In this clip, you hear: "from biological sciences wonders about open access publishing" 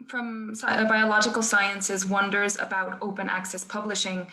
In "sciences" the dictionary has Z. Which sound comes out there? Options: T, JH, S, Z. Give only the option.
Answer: Z